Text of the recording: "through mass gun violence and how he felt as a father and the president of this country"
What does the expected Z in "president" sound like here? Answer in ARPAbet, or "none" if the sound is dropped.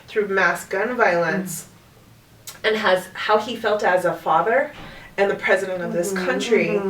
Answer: Z